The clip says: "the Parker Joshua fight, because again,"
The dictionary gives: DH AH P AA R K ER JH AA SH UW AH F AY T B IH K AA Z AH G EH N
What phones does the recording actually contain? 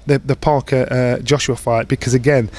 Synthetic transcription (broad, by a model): DH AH P AA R K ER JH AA SH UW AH F AY T B IH K AA Z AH G EH N